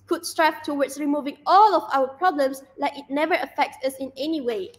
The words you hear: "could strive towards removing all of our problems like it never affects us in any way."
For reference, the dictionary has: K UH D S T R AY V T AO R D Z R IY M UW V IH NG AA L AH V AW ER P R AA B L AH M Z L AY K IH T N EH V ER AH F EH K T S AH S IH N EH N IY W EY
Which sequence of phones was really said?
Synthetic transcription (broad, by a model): K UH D S T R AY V T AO W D S R IY M UW V IH NG AA L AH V AW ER P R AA B L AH M S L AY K IH T N EH V ER AH F EH K T S AH S IH N EH N IY W EY